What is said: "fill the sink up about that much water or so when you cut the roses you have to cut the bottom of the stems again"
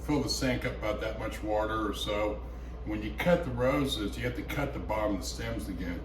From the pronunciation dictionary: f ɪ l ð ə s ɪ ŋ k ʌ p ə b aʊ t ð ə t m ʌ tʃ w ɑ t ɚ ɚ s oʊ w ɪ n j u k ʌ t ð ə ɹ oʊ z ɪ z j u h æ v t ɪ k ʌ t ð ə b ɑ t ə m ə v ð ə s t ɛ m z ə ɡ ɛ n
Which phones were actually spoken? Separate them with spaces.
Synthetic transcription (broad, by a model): f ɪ l ð ə s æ ŋ k ʌ p ə b aʊ t ð ə t m ʌ tʃ w ɑ t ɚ ɚ s oʊ w ɪ n j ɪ k ʌ t ð ə ɹ oʊ z ɪ z j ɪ h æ f t ɪ k ʌ t ð ə b ɑ m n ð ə s t ɛ m z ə ɡ ɛ n